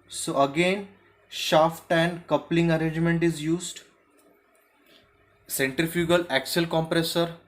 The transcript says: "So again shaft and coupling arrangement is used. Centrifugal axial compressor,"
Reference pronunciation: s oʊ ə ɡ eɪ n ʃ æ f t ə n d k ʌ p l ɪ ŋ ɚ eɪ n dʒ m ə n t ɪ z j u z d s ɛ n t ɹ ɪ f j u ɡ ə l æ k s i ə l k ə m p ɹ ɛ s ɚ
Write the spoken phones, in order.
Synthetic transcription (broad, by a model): s oʊ ə ɡ eɪ n ʃ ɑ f t ə n d k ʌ p l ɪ ŋ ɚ eɪ n dʒ m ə n t ɪ z j u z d s ɛ n t ɹ ɪ f j u ɡ ə l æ k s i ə l k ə m p ɹ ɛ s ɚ